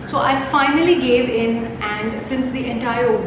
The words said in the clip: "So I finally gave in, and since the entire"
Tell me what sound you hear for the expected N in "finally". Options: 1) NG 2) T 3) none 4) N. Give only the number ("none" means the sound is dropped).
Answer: 4